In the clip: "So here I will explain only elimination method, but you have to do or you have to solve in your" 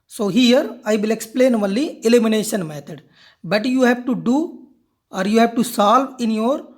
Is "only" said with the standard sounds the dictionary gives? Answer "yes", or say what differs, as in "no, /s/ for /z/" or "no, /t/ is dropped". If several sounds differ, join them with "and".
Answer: no, /n/ is dropped